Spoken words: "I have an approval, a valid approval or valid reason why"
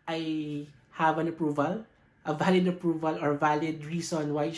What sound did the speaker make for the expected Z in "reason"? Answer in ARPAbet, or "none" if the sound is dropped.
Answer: S